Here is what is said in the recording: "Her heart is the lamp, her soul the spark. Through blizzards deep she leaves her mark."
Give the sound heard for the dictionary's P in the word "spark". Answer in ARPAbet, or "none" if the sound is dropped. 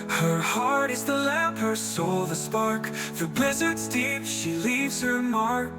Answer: P